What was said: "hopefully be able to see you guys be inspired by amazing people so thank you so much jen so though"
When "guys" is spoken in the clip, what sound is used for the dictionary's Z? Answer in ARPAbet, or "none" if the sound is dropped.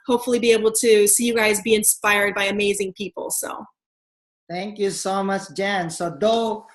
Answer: Z